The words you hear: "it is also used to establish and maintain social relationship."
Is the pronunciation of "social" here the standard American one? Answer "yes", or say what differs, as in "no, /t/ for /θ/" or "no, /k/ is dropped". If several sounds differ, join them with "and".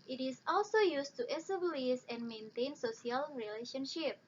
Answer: no, /s/ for /ʃ/